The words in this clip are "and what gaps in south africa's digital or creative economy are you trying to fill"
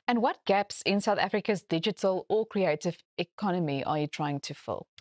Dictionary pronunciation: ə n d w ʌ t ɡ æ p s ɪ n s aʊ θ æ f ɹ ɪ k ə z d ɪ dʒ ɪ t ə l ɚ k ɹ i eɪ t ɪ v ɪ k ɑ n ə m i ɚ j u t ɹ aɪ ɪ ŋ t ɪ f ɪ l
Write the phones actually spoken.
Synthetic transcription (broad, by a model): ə n w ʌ t ɡ æ p s ɪ n s aʊ θ æ f ɹ ɪ k ə z d ɪ dʒ ɪ t ə l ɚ k ɹ i eɪ t ɪ v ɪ k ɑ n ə m i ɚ j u t ɹ aɪ ɪ ŋ t ɪ f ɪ l